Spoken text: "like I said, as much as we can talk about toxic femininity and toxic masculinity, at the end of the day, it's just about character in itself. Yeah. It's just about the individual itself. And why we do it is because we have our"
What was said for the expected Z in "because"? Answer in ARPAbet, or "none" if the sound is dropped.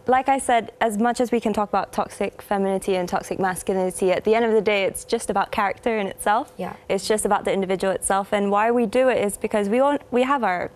Z